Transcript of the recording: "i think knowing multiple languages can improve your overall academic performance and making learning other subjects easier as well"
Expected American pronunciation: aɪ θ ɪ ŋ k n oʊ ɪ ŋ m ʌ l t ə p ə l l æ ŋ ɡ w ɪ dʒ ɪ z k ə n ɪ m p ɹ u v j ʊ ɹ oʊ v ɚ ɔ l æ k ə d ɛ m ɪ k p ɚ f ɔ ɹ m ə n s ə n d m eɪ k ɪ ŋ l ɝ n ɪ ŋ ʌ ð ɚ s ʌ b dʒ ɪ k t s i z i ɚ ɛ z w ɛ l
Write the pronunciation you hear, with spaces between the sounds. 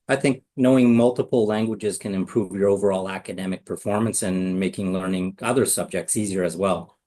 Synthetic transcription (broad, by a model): aɪ θ ɪ ŋ k n oʊ ɪ ŋ m ʌ l t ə p l l æ ŋ ɡ w ɪ dʒ ɪ z k ə n ɪ m p ɹ u v j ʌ ɹ oʊ v ɚ ɔ l æ k ə d ɛ m ɪ k p ɚ f ɔ ɹ m ə n s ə n m eɪ k ɪ ŋ l ɝ n ɪ ŋ ʌ ð ɚ s ʌ b dʒ ɪ k t s i z i ɚ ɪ z w ɛ l